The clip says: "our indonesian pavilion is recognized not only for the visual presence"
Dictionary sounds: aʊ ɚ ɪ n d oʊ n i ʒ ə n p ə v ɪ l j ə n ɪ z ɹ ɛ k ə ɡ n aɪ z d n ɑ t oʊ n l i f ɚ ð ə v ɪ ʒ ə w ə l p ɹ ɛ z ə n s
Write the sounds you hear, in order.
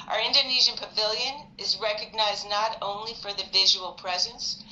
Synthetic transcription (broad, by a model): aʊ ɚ ɪ n d oʊ n i ʒ ə n p ə v ɪ l j ə n ɪ z ɹ ɛ k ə ɡ n aɪ z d n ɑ t oʊ n l i f ɚ ð ə v ɪ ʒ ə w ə l p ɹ ɛ z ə n s